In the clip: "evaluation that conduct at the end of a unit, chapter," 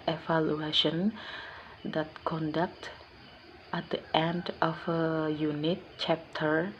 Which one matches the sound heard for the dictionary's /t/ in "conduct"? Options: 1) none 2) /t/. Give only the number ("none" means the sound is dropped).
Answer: 2